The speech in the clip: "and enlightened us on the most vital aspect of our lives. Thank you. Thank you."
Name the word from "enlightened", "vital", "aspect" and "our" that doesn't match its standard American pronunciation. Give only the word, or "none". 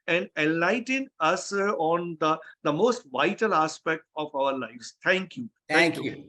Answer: enlightened